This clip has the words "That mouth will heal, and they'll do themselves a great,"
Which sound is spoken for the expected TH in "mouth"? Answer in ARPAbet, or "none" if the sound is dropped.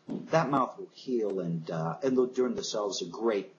TH